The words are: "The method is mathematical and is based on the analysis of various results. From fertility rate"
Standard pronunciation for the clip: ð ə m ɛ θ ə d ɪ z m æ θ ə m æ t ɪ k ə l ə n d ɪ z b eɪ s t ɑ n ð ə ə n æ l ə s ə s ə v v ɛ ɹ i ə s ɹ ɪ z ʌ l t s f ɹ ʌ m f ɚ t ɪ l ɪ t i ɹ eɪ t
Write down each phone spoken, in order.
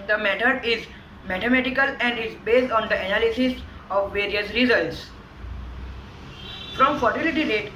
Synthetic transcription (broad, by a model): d ə m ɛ t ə d ɪ z m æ t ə m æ t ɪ k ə l ə n d ɪ z b eɪ s t ɑ n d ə ə n æ l ə s ə s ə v v ɛ ɹ i ə s ɹ ɪ z ʌ l t s f ɹ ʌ m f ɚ t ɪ l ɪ t i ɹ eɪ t